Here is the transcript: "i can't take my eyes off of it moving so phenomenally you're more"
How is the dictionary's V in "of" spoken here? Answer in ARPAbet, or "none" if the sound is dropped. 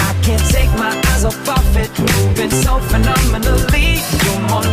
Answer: F